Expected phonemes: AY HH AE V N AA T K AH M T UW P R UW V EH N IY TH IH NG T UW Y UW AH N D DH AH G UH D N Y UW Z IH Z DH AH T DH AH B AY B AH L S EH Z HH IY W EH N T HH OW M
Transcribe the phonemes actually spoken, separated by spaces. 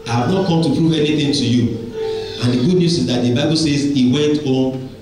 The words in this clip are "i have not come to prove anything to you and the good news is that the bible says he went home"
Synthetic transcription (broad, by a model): AY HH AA V N AA T K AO M T UW P R UW V EH N IY TH IH NG T UW Y UW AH N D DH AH G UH D N Y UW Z IH Z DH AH T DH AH B AY B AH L S EH Z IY W EH N T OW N